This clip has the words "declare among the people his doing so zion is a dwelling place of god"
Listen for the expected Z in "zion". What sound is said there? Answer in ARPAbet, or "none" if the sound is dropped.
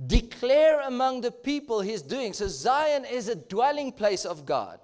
Z